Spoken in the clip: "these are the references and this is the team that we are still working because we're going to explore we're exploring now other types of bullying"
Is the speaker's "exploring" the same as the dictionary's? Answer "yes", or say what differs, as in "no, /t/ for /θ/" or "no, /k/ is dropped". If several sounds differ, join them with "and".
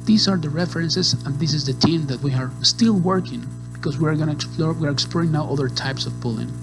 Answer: yes